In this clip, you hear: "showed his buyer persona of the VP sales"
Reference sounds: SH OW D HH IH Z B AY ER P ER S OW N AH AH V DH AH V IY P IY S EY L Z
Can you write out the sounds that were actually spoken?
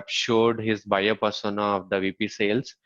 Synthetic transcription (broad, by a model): SH OW D HH IH Z B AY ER P ER S OW N AH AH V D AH V IY P IY S EY L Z